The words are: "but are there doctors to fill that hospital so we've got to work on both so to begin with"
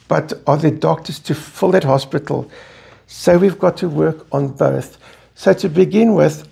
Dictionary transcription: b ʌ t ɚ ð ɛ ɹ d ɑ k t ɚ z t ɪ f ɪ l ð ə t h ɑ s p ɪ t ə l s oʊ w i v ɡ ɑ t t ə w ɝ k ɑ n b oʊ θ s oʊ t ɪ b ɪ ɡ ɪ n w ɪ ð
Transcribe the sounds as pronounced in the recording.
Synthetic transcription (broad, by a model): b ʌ t ɚ ð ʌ d ɑ k t ɚ z t ɪ f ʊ l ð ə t h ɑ s p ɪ t l s oʊ w i v ɡ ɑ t t ə w ɝ k n b oʊ θ s oʊ t ɪ b ɪ ɡ ɪ n w ɪ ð